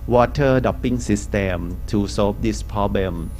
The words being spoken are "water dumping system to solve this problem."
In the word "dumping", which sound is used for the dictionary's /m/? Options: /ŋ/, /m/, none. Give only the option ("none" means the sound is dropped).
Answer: none